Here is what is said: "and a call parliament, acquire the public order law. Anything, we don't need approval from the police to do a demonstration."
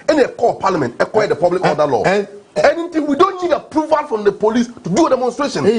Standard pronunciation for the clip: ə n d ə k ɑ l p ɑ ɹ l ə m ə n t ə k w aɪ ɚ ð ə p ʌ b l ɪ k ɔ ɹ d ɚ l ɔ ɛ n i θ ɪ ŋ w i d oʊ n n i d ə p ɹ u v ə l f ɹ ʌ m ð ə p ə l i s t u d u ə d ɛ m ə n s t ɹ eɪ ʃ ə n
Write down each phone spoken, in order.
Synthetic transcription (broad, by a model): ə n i ə k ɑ p ɑ l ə m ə n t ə k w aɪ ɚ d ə p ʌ b l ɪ k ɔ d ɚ l ɔ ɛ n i t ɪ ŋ w i d oʊ n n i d ə p ɹ u v ə l f ɹ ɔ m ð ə p ə l i s t u d u ə d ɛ m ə n s t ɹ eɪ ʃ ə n